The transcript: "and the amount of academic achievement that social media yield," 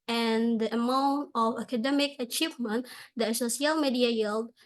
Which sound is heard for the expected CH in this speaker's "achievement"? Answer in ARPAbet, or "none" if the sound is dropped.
CH